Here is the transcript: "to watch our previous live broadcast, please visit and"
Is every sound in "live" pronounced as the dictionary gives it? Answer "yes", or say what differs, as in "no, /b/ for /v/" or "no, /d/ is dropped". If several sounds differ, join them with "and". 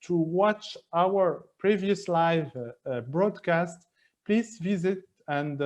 yes